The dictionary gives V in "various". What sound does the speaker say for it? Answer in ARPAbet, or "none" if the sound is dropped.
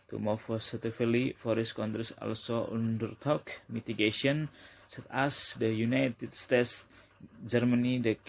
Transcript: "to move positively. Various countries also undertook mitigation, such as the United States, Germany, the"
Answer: F